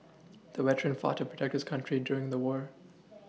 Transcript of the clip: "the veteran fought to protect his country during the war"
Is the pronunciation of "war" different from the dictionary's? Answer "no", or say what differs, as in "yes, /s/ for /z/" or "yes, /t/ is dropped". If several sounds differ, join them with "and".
no